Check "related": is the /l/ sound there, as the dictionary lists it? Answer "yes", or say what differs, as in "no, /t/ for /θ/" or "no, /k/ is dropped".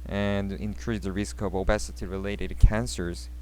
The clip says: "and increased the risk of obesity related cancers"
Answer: yes